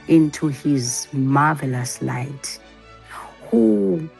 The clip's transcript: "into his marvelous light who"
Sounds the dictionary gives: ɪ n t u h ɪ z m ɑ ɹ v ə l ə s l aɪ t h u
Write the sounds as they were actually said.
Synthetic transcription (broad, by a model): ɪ n t u h ɪ z m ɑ v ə l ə s l aɪ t h u